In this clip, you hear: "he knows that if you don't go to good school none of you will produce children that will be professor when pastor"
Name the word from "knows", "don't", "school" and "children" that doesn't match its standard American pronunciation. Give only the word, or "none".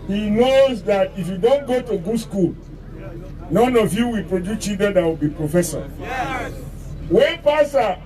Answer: children